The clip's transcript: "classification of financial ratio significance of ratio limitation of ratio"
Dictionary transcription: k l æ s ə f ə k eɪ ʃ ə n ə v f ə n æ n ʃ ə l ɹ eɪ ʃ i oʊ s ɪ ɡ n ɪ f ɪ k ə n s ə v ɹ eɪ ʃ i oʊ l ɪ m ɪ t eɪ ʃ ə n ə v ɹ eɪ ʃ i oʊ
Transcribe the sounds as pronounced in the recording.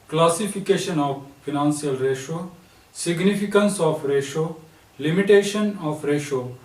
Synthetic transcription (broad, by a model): k l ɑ s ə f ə k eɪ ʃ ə n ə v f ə n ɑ n s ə l ɹ eɪ ʃ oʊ s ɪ ɡ n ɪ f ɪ k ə n s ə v ɹ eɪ ʃ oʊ l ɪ m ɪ t eɪ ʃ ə n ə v ɹ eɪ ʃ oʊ